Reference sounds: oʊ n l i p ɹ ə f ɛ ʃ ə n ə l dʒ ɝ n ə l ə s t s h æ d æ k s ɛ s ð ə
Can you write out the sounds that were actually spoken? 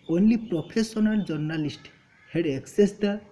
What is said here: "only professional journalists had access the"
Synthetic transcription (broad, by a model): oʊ n l i p ɹ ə p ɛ s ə n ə l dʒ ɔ n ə l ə s t h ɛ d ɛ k s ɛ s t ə